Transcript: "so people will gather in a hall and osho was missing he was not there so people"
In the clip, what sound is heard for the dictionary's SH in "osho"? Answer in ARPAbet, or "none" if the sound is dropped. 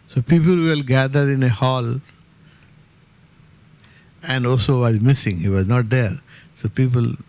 S